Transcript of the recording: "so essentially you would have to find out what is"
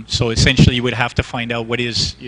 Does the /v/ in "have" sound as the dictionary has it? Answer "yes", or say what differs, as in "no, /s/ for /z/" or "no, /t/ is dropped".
no, /f/ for /v/